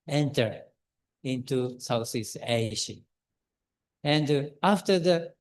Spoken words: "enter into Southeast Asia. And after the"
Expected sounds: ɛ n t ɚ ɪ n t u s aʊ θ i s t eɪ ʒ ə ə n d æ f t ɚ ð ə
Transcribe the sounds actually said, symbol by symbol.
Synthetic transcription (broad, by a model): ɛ n t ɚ ɪ n t u s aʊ s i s eɪ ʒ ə ə n d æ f t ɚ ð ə